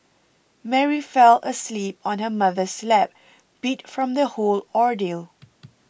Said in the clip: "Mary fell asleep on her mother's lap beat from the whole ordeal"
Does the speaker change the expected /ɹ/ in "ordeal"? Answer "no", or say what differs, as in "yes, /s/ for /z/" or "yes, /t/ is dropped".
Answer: no